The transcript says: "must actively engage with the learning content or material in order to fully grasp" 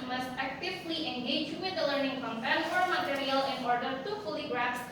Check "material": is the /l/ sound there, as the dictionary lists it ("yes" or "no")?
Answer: yes